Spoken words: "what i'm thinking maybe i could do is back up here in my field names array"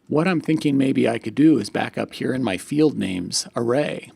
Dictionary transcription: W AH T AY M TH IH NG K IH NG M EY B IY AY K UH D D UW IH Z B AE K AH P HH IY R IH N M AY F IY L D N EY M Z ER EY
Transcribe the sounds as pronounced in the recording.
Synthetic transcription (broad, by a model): W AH T AY M TH IH NG K IH NG M EY B IY AY K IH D D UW IH Z B AE K AH P HH IY R IH N M AY F IY L D N EY M Z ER EY